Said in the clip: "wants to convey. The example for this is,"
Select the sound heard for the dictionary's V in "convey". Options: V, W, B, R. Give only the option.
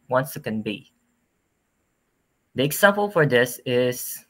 B